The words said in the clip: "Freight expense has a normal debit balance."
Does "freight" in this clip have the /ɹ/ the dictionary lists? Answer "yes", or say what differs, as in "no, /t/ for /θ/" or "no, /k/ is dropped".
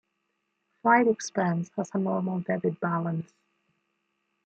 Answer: no, /l/ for /ɹ/